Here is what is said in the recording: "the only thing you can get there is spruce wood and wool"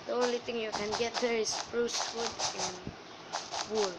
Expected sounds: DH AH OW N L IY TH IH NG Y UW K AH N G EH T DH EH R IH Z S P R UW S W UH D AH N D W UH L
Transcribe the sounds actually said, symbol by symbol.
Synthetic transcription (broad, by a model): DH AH OW N L IY T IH NG Y UW K AH N G EH T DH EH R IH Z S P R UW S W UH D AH N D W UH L